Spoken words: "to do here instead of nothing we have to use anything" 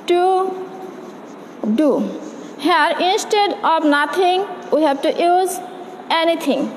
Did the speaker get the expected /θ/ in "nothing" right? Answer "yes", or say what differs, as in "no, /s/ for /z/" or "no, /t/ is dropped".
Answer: no, /t/ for /θ/